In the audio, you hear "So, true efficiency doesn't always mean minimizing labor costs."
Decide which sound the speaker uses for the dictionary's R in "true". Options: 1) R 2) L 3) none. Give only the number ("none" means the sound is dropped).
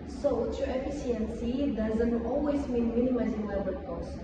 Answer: 3